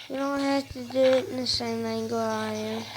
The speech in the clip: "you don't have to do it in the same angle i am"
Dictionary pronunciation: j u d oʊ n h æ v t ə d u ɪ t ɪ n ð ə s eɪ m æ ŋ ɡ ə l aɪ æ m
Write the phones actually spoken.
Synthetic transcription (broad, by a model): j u d oʊ n h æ f t ə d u ɪ t ɪ n ð ə s eɪ m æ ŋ ɡ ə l aɪ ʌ